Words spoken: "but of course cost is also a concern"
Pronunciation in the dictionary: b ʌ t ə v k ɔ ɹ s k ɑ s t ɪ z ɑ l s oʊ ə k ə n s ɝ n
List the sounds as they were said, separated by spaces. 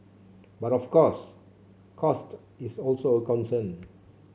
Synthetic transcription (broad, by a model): b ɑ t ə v k ɔ s k ɑ s t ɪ s ɑ l s oʊ ə k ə n s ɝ n